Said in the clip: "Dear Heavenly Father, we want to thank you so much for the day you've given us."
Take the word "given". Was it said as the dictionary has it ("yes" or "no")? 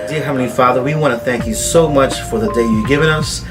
yes